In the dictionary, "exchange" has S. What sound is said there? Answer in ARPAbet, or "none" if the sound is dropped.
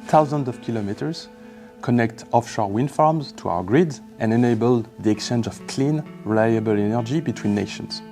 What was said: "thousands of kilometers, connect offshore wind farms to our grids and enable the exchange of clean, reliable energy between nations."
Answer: none